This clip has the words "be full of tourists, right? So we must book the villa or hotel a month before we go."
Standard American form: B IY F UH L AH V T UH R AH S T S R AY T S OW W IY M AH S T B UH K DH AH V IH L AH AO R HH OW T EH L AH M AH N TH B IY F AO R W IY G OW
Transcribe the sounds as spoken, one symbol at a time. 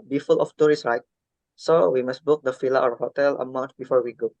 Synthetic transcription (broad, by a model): B IY F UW L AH F T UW R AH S S R AY T S OW W IY M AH S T B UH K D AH F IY L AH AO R HH OW T EH L AH M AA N T B IY F AO R W IY G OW